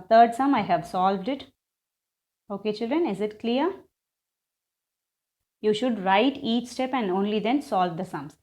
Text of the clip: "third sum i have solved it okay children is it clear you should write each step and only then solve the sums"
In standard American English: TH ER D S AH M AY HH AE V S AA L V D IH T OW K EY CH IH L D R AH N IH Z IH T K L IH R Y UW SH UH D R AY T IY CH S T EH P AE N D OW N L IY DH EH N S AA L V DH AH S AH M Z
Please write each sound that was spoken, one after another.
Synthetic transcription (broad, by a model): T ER D S AH M AY HH AE V S AA L V D IH T OW K EY CH IH L D R AH N IH Z IH T K L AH R Y UW SH UH D R AY T IY CH S T EH P AE N D OW N L IY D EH N S AA L V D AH S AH M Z